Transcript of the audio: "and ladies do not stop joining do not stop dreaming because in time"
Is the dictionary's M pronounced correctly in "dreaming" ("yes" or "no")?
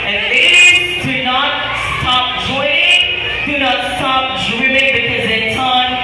no